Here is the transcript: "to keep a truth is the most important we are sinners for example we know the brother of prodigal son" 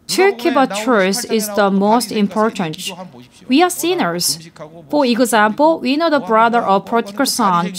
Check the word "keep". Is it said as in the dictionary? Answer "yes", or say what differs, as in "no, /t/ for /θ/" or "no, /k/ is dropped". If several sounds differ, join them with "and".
no, /b/ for /p/